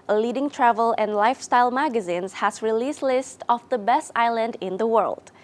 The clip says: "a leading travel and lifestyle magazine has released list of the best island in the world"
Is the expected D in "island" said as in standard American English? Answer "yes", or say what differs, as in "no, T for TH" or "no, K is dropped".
yes